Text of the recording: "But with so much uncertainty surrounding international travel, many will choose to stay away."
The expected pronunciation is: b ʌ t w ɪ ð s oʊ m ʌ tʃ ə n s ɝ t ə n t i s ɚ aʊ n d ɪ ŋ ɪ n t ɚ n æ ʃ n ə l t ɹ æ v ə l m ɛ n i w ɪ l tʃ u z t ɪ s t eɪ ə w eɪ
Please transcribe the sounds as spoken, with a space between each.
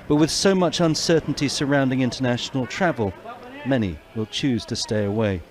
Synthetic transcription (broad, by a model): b ʌ t w ɪ ð s oʊ m ʌ tʃ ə n s ɝ t n t i s ɚ aʊ n d ɪ ŋ ɪ n t ɚ n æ ʃ n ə l t ɹ æ v ə l m ɛ n i w ɪ l tʃ u z t ɪ s t eɪ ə w eɪ